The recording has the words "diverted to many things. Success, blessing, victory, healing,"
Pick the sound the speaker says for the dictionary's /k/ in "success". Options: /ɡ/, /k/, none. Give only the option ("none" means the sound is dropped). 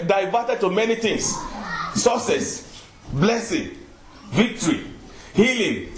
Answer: none